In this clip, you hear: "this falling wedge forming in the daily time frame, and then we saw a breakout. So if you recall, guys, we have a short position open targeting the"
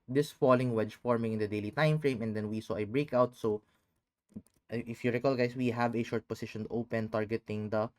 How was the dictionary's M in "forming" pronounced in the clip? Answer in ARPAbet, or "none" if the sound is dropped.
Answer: M